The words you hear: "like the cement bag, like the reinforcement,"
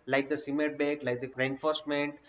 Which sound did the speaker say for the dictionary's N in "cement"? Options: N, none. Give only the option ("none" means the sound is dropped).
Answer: none